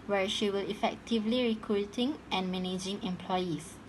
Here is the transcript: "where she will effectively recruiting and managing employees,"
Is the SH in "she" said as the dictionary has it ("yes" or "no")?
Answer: yes